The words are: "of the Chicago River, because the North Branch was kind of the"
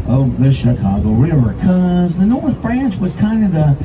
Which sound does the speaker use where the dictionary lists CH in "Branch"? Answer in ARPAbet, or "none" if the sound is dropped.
CH